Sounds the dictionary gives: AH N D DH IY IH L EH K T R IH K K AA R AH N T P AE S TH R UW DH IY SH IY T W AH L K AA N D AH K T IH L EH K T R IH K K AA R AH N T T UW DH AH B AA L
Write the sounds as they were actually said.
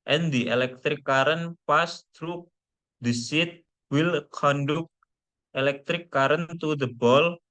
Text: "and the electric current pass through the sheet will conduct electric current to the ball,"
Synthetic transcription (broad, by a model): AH N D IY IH L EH K T R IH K K AA R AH N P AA S T R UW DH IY S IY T W AH L K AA N D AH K T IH L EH K T R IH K K AA R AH N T T UW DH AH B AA L